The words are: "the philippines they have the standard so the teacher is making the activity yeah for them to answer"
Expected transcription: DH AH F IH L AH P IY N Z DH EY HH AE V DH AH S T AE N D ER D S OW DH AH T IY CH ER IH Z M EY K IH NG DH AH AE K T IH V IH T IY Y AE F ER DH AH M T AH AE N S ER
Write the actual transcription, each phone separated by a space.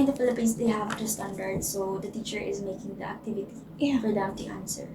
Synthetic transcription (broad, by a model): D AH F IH L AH P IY N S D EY HH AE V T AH S T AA N D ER D S OW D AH T IY CH ER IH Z M EY K IH NG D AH AE K T IH V IH T IY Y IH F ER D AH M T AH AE N S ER